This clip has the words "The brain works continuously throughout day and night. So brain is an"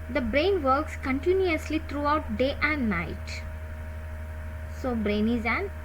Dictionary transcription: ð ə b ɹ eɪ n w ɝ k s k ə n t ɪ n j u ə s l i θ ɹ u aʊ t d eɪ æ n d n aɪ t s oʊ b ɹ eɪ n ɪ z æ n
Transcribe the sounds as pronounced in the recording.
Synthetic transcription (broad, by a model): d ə b ɹ eɪ n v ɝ k s k ə n t ɪ n j u ə s l i t ɹ u aʊ t d eɪ æ n d n aɪ t s oʊ b ɹ eɪ n ɪ z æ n